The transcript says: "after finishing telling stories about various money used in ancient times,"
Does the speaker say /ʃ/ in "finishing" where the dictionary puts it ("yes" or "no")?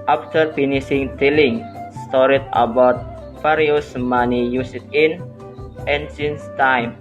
no